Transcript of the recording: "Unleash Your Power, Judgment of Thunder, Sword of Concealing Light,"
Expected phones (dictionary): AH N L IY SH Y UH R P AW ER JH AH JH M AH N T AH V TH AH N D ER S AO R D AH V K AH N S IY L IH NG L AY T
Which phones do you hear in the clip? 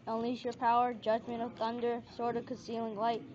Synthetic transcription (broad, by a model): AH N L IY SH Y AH R P AW ER JH AH JH M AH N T AH V TH AH N D ER S AO R D AH V K AH N S IY L IH NG L AY T